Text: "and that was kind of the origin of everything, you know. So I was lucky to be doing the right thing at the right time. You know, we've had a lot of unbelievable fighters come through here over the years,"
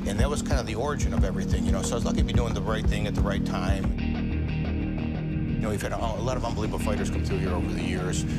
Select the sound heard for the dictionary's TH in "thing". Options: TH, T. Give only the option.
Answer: TH